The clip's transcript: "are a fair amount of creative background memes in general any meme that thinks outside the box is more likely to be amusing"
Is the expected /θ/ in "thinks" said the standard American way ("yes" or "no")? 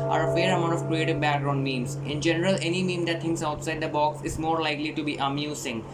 no